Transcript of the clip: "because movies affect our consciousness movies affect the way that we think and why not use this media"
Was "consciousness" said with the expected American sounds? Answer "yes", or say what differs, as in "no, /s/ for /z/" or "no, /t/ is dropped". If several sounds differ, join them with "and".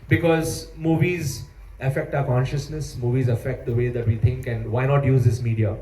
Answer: yes